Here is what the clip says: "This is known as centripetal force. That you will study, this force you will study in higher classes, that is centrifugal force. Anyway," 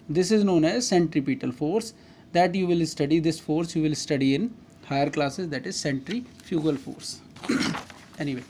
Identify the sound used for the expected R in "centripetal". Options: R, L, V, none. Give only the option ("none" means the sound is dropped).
R